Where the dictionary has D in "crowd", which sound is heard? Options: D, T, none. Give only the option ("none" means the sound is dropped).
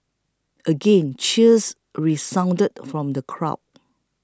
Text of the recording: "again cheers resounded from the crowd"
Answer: none